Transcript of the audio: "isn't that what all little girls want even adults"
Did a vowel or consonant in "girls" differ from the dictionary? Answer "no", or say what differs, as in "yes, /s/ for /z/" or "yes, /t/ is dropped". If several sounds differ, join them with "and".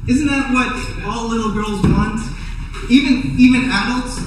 no